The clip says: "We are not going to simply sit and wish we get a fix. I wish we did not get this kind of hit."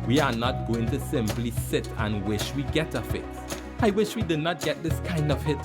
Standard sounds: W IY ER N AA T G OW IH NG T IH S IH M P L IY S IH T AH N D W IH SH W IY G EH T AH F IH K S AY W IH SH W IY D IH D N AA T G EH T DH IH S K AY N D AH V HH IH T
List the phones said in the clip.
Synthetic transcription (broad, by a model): W IY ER N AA T G OW IH NG T IH S IH M P L IY S IH T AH N W IH SH W IY G EH T AH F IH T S AY W IH SH W IY D IH D N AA T G EH T DH IH S K AY N D AH V HH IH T